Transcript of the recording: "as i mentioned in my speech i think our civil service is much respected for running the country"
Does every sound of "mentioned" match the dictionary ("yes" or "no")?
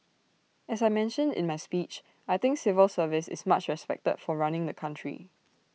yes